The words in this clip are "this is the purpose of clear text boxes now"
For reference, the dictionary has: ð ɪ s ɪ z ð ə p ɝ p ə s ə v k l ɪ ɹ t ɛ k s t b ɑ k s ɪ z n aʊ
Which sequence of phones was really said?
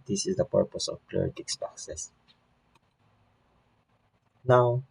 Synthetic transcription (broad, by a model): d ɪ s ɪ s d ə p ɝ p ə s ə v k l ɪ ɹ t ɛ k s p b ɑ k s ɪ s n aʊ